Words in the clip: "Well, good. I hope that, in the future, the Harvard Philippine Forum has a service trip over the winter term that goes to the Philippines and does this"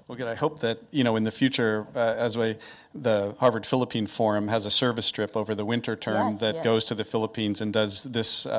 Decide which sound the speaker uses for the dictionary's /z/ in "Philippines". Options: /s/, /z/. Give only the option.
/z/